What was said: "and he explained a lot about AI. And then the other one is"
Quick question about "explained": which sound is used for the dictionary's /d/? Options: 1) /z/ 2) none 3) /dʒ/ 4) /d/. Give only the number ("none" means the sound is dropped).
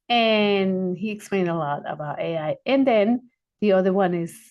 4